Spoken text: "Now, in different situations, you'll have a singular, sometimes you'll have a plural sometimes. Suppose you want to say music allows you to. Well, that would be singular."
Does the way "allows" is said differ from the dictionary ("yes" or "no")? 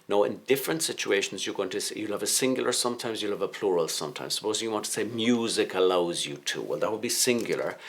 no